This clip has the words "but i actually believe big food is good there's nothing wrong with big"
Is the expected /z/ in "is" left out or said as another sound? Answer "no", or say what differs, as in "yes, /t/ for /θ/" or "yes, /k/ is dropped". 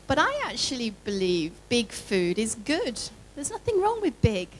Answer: no